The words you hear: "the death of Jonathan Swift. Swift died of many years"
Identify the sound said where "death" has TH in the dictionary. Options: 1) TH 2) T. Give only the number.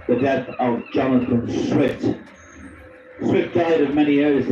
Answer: 1